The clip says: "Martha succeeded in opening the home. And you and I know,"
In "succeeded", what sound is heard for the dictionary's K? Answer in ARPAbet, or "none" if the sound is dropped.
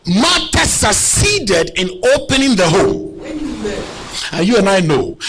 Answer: none